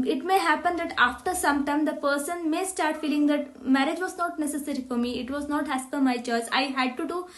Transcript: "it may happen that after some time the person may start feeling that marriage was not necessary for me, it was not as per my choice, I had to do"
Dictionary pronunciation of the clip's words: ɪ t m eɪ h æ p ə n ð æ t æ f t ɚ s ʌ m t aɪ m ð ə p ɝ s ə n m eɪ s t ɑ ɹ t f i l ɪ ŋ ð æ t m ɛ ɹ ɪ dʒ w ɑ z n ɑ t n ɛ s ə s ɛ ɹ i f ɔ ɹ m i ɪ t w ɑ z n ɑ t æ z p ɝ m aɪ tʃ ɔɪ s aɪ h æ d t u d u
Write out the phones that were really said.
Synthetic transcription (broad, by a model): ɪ t m eɪ h æ p ə n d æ t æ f t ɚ s ʌ m t aɪ m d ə p ɝ s ə n m eɪ s t ɑ ɹ t f i l ɪ ŋ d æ t m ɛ ɹ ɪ dʒ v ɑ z n ɑ t n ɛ s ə s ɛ ɹ i f ɔ ɹ m i ɪ t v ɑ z n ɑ t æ s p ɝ m aɪ tʃ ɔɪ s aɪ h æ d t u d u